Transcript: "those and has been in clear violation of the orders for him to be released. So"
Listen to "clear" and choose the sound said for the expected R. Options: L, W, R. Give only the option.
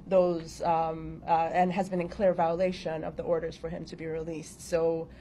R